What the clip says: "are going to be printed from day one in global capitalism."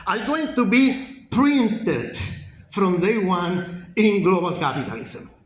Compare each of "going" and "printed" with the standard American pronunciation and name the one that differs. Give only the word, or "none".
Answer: none